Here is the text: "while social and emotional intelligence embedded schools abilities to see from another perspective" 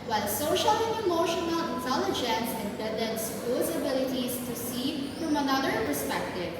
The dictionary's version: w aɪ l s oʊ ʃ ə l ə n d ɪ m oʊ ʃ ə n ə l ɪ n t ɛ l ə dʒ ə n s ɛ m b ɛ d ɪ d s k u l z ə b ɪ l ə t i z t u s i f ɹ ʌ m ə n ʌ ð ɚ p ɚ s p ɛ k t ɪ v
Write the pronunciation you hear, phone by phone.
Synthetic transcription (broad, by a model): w aɪ l s oʊ ʃ ə l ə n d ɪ m oʊ ʃ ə n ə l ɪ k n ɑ l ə dʒ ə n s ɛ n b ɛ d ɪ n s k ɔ z ə b ɪ l ə t i z t u s i f ɹ ʌ m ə n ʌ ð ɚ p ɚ s p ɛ k t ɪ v